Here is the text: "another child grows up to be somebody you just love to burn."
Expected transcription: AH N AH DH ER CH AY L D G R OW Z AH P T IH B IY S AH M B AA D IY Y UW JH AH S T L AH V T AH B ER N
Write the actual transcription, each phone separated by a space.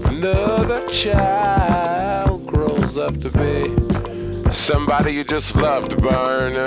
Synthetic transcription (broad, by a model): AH N AH DH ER CH AY L D G R OW Z AH P T IH B IY S AH M B AA D IY Y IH JH AH S T L AH V B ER N